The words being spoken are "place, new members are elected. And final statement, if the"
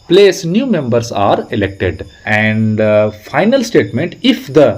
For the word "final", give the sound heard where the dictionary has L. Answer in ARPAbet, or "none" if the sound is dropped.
L